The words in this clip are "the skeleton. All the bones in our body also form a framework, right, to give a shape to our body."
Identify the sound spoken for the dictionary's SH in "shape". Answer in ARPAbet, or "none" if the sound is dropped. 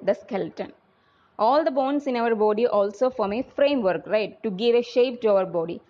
SH